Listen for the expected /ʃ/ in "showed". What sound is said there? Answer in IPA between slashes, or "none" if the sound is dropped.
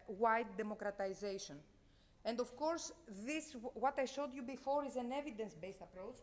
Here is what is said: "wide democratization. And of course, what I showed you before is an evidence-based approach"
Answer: /ʃ/